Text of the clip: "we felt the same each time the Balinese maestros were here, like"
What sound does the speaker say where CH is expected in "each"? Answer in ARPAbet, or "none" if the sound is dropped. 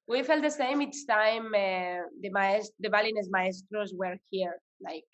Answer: S